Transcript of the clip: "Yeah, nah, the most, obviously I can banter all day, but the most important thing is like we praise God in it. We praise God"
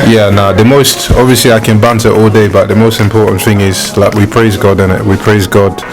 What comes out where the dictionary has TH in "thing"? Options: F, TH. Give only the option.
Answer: TH